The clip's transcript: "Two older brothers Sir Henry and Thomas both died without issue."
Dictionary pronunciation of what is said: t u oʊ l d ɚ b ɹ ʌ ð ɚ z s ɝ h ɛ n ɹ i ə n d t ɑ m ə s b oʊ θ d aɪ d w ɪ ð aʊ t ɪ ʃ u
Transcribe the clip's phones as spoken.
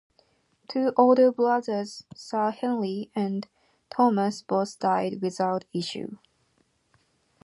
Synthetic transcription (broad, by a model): t u oʊ l d ɚ b l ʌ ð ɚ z s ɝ h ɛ n l i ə n t ɑ m ə s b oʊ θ d aɪ d w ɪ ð aʊ t ɪ ʃ u